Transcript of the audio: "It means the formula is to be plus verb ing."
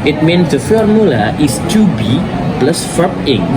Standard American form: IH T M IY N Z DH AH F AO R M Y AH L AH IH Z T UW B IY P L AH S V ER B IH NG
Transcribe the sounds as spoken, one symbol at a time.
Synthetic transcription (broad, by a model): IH T M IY N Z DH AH F AO R M Y AH L AH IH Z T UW B IY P L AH S F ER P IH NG